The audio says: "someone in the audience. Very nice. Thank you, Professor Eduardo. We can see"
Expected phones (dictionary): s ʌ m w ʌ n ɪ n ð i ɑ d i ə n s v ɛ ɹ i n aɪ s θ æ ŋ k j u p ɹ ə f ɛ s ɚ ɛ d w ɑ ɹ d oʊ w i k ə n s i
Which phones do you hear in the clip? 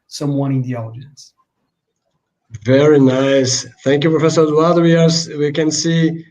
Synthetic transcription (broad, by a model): s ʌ m w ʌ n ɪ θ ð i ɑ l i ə n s v ɛ ɹ i n aɪ s θ æ ŋ k j u p ɹ ə f ɛ s ɚ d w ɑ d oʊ w i k ə n s i